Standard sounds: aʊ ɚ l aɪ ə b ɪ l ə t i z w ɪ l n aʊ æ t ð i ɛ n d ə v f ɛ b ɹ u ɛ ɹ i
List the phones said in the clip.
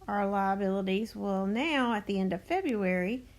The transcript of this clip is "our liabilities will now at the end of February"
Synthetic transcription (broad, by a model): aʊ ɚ l aɪ ə b ɪ l ə t i z w ɪ l n aʊ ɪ t ð i ɛ n d ə v f ɛ b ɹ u ɛ ɹ i